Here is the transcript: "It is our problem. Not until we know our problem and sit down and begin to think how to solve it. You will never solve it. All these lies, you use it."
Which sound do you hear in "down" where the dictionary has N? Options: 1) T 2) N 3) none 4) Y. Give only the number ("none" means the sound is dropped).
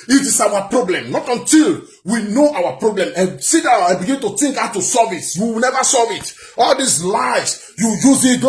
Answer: 3